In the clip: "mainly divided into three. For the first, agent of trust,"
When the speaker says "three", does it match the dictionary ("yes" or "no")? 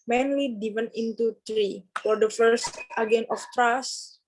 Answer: no